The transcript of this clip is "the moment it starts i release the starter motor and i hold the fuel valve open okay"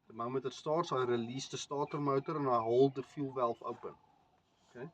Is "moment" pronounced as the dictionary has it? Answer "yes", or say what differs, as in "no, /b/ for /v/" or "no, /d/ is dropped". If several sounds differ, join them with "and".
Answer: no, /n/ is dropped